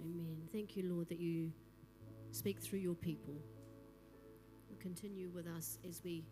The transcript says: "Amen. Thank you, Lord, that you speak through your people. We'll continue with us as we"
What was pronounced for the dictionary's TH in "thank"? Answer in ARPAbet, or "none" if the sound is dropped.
TH